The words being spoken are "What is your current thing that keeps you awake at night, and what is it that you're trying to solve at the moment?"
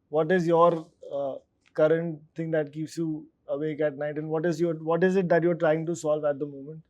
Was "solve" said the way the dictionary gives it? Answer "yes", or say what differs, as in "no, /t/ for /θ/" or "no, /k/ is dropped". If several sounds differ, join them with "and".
yes